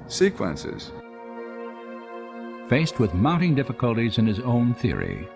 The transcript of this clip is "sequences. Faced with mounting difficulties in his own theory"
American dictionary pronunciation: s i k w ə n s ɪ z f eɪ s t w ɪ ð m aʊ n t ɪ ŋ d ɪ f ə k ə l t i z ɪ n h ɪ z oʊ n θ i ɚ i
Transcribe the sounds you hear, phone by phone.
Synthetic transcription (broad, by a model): s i k w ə n s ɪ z f eɪ s t w ɪ ð m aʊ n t ɪ ŋ d ɪ f ə k ə l t i z ɪ n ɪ z oʊ n θ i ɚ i